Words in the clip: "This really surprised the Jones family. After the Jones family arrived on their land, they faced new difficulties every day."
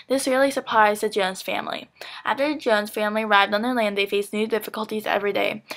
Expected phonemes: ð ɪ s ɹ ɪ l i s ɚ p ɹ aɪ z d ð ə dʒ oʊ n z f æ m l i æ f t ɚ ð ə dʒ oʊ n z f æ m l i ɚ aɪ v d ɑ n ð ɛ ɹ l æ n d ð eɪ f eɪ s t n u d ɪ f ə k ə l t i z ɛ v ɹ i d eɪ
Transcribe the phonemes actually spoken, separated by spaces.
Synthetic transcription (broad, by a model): ð ɪ s ɹ ɪ l i s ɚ p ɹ aɪ z ð ə dʒ oʊ n z f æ m l i æ f t ɚ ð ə dʒ oʊ n z f æ m l i ɚ aɪ v d n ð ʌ ɹ l æ n d ð eɪ f eɪ s n u d ɪ f ə k ə l t i z ɛ v ɹ i d eɪ